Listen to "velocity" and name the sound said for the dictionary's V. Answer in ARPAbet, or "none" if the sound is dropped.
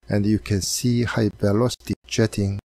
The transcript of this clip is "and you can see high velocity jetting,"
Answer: B